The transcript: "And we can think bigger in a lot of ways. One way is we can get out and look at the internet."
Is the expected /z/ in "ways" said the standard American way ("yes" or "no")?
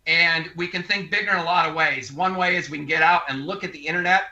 yes